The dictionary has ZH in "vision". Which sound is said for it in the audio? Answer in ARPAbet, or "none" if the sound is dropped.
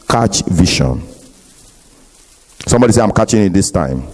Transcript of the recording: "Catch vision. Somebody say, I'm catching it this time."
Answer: SH